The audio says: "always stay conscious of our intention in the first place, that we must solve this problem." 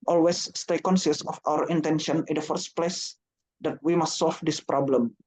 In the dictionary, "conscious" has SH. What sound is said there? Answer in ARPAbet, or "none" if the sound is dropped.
S